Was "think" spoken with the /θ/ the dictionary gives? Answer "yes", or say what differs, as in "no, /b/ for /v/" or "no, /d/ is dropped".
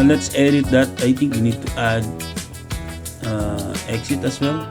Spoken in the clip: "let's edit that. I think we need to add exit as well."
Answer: no, /t/ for /θ/